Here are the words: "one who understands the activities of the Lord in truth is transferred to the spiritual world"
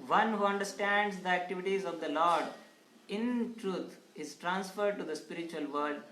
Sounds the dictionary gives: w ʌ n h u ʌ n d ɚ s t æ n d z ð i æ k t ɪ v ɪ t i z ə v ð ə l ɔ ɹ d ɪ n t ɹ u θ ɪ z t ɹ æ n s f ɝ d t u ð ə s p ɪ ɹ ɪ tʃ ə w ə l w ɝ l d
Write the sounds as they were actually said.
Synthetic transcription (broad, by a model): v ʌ n h u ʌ n d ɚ s t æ n d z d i æ k t ɪ v ɪ t i z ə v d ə l ɔ ɹ d ɪ n t ɹ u t ɪ z t ɹ æ n s f ɝ d t u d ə s p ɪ ɹ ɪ tʃ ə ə l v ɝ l d